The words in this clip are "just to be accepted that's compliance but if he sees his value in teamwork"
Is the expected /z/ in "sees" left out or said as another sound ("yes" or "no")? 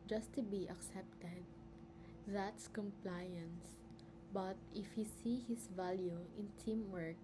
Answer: yes